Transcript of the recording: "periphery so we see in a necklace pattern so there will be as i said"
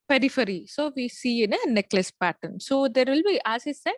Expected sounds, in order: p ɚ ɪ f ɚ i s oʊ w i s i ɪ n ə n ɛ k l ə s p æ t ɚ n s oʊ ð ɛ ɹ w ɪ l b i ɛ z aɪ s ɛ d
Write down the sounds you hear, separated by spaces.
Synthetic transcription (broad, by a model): p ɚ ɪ f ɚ i s oʊ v i s i ɪ n ə n ɛ k l ə s p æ t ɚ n s oʊ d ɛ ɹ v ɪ l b i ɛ s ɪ s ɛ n